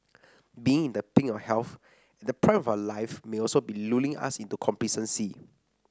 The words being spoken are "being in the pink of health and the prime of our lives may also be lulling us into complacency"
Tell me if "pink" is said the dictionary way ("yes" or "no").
no